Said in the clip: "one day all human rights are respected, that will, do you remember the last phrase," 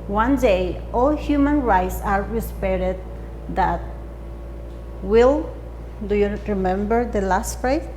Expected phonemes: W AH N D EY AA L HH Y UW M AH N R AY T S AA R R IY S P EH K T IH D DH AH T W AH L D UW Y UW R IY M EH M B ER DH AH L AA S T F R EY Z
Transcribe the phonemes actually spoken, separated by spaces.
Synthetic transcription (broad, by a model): W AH N D EY AA L HH Y UW M AH N R AY T S AA R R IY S P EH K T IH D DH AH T W AH L D UW Y UW R IY M EH M B ER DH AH L AA S T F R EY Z